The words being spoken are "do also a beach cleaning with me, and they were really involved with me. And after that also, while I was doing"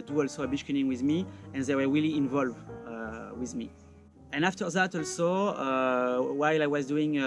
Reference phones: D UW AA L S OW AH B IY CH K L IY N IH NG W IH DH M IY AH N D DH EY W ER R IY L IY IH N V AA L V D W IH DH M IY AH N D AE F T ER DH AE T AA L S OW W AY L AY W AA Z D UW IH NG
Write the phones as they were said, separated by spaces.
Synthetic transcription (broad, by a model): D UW AA L S OW AH B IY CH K IY IH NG W IH DH M IY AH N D DH EY W ER R IY L IY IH N V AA L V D W IH DH M IY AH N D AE F T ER DH AE T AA L S OW W AY L AY W AA Z D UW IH NG